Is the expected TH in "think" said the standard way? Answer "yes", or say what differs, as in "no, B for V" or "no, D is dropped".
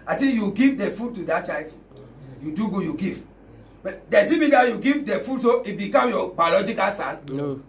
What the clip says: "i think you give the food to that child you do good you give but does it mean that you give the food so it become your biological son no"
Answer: no, T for TH